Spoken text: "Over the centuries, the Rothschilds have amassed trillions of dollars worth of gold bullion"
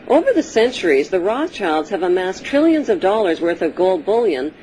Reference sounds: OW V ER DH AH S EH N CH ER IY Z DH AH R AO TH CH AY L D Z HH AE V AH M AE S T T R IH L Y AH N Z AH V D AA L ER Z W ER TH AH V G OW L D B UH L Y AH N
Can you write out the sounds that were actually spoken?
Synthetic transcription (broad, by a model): OW V ER DH AH S EH N CH ER IY Z DH AH R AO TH CH AY L D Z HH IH V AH M AE S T T R IH L Y AH N Z AH V D AA L ER Z W ER TH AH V G OW L D B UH L Y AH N